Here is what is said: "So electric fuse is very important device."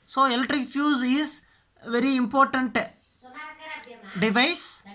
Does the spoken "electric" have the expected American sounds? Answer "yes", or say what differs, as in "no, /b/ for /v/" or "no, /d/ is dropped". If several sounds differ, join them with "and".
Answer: yes